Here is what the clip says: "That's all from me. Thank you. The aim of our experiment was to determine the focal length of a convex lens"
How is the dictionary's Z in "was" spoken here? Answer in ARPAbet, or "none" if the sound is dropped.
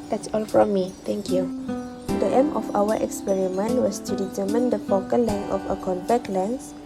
S